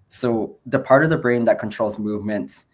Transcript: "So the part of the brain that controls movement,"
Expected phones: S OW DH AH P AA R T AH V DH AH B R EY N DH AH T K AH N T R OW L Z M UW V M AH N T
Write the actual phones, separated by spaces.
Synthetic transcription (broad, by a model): S OW DH AH P AA R T AH V DH AH B R EY N DH AH T K AH N T R OW L Z M UW V M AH N T